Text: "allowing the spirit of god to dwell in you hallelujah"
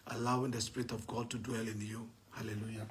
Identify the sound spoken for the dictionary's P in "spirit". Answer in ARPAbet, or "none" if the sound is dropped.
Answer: P